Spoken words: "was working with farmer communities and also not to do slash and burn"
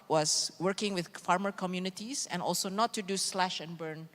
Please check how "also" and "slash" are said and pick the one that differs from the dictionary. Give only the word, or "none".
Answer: none